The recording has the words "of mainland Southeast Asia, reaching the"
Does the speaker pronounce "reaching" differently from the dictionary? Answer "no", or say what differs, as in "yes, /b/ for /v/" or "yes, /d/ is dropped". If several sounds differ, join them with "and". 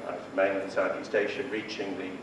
no